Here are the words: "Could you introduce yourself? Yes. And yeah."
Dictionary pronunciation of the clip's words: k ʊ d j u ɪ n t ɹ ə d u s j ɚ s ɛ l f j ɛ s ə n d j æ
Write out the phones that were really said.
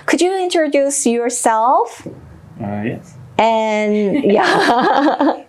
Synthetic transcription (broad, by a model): k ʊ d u ɪ n t ɹ ə d u s j ɚ s ɛ l f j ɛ ə n j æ